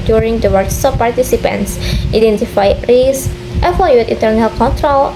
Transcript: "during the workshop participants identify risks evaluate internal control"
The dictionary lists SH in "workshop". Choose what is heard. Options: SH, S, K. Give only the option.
S